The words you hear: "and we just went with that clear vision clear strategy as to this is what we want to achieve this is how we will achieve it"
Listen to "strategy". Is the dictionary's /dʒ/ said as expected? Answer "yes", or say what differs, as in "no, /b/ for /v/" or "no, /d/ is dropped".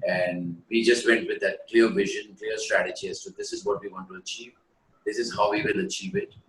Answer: yes